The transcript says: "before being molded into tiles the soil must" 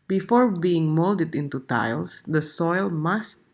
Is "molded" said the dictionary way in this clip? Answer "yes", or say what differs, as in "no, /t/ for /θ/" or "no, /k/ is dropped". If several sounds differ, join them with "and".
yes